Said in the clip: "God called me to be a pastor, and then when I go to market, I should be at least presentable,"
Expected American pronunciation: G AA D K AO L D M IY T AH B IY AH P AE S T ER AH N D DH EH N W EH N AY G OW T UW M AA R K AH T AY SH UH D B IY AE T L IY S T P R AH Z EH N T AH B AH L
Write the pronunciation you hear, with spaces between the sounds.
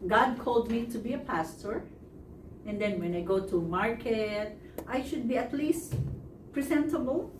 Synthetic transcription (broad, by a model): G AA D K AO L D M IY T AH B IY AH P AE S T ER AH N D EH N W EH N AY G OW T UW M AA R K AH T AY SH UH D B IY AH T L IY S T P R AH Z EH N T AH B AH L